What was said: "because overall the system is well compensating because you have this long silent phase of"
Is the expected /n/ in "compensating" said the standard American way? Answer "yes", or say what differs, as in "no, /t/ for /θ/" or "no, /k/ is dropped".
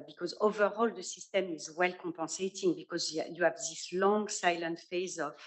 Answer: no, /n/ is dropped